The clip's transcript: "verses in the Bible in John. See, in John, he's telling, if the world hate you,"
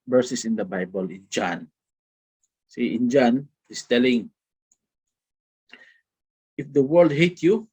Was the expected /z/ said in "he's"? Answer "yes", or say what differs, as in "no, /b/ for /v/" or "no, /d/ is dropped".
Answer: no, /s/ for /z/